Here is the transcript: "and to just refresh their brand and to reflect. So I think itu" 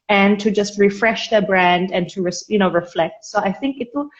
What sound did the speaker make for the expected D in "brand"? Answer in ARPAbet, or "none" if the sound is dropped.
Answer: D